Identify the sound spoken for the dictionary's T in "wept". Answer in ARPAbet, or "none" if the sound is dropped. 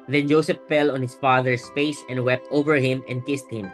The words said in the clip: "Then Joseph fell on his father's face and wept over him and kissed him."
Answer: T